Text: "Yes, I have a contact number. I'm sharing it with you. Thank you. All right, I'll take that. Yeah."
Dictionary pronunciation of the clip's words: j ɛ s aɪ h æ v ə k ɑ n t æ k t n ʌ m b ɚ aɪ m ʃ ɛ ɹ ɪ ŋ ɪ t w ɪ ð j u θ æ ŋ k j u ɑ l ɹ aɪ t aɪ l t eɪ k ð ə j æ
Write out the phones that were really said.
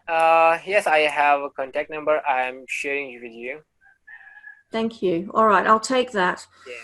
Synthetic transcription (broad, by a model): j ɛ s aɪ h æ v ə k ɑ n t æ k t n ʌ m b ɚ aɪ m ʃ ɛ ɹ ɪ ŋ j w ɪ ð j u θ æ ŋ k j u ɑ l ɹ aɪ t aɪ l t eɪ k ð ə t